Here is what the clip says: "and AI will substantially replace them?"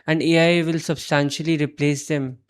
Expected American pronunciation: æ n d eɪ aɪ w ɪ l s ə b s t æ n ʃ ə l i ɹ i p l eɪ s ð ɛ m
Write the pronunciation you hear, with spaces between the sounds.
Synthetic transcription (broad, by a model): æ n d eɪ aɪ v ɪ l s ə b s t æ n ʃ ə l i ɹ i p l eɪ s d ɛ m